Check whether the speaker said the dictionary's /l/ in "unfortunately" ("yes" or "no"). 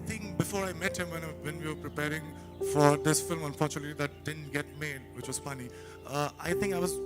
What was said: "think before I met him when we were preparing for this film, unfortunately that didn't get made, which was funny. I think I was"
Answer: no